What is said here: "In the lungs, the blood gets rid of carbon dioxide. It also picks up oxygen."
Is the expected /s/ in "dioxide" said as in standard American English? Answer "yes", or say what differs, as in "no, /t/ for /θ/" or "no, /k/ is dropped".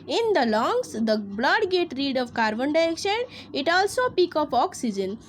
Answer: no, /ʃ/ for /s/